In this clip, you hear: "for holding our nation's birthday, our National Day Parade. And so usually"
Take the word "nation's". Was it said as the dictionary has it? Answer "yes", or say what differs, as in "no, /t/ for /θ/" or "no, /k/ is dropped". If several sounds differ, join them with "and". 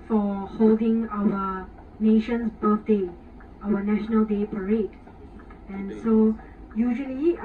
no, /s/ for /z/